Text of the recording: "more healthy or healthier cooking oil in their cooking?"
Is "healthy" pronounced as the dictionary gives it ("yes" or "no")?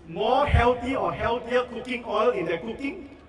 no